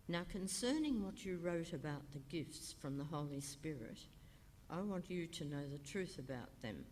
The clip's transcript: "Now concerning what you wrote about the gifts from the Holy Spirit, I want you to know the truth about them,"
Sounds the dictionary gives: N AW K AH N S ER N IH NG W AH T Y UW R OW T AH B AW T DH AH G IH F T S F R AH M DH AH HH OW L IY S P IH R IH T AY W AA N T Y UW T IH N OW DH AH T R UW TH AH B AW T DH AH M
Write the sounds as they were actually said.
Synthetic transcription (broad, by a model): N AW K AH N S ER N IH NG W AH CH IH R OW T AH B AW T DH AH G IH F T S F R AH M DH AH HH OW L IY S P IH R IH T AY W AA N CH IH T IH N OW DH AH T R UW TH AH B AW T DH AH M